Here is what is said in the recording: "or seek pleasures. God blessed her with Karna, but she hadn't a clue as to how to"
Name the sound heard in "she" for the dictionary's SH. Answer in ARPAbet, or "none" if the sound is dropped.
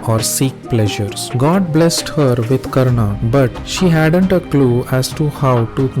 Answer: SH